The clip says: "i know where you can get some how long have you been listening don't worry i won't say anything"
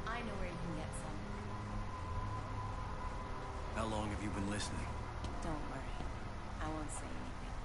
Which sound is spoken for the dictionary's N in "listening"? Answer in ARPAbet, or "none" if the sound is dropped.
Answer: N